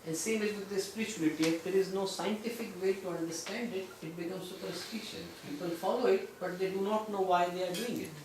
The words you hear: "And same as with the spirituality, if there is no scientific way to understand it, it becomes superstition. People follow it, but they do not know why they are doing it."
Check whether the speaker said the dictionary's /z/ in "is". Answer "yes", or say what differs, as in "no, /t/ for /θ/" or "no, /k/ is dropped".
yes